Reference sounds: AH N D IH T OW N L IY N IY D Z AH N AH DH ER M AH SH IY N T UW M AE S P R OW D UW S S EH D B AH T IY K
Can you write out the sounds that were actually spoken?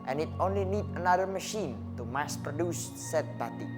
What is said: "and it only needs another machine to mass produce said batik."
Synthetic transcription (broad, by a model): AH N IH T OW N L IY N IY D AH N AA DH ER M AH SH IY N T UW M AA S P R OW D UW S S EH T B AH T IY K